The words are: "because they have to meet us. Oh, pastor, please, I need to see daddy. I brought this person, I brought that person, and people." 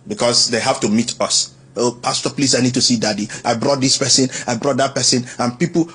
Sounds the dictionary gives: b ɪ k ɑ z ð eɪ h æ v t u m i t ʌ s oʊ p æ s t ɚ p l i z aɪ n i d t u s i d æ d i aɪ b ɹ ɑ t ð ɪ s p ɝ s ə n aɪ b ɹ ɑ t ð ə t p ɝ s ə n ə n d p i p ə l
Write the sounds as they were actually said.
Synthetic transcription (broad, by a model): b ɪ k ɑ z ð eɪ h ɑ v t u m i t ʌ s oʊ p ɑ s t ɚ p l i s aɪ n i d t u s i d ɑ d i aɪ b ɹ ɑ t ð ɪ s p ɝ s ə n aɪ b ɹ ɑ t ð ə t p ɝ s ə n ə n p i p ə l